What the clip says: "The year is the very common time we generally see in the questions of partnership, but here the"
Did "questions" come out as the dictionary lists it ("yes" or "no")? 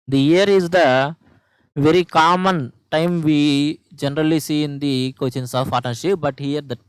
no